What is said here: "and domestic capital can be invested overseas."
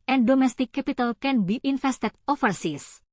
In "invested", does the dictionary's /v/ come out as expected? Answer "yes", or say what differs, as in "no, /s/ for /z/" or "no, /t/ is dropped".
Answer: no, /f/ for /v/